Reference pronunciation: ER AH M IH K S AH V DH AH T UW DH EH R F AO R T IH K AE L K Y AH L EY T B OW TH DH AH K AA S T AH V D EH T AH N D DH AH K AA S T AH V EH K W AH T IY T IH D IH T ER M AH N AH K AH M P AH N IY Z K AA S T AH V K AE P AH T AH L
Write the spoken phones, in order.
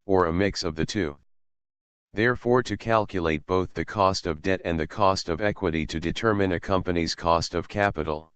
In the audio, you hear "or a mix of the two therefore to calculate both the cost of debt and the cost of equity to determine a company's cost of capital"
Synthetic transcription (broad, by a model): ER AH M IH K S AH V DH AH T UW DH EH R F AO R T IH K AE L K Y AH L EY T B OW TH DH AH K AA S T AH V D EH T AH N DH AH K AA S T AH V EH K W AH T IY T IH D IH T ER M AH N AH K AH M P AH N IY Z K AA S T AH V K AE P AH T L